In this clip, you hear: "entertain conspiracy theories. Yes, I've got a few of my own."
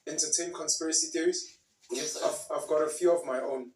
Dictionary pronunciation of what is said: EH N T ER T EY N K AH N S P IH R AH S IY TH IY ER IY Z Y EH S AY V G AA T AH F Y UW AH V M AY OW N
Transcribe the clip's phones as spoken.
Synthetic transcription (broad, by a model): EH N T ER T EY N K AH N S P IH R AH S IY TH IY ER IY Z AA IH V AY V G AA T AH F Y UW AH V M AY OW N